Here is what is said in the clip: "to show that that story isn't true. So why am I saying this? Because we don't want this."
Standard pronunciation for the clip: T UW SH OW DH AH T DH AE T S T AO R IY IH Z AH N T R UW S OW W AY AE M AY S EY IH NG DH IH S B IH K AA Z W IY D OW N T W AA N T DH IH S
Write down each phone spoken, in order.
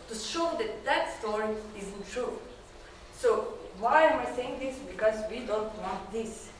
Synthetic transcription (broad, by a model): T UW SH OW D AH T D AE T S T AO R IY IH Z AH N T R UW S OW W AY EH M AY S EY IH NG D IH S B IH K AA Z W IY D OW N T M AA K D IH S